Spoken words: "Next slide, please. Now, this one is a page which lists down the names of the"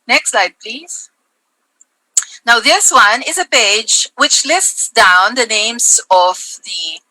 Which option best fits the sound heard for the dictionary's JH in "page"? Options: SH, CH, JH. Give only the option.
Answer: JH